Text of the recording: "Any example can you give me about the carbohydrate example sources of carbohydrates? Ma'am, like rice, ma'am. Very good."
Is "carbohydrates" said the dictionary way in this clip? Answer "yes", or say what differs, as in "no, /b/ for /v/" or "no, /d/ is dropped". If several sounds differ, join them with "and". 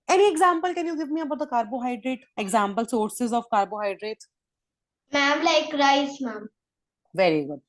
no, /s/ is dropped